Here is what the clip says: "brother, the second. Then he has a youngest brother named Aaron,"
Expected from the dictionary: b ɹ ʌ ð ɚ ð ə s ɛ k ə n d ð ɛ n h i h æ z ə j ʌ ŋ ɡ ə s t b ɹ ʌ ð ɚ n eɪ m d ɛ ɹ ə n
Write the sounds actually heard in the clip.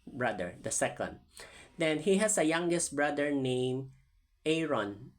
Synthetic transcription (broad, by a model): b ɹ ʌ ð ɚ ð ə s ɛ k ə n d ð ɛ n h i h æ s ə j ʌ ŋ ɡ ə s t b ɹ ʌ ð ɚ n eɪ m ɛ ɹ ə n